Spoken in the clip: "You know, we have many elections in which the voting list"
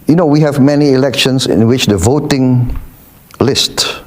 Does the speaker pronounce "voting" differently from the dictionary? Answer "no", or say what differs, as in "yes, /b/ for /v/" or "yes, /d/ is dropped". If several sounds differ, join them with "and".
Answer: no